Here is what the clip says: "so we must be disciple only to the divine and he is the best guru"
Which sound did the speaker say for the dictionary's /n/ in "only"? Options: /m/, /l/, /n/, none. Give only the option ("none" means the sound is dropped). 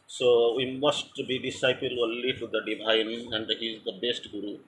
/l/